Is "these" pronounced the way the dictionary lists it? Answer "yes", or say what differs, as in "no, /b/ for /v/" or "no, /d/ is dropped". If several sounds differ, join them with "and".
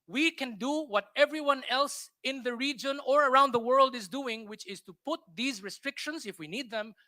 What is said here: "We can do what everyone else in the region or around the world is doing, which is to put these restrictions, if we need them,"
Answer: yes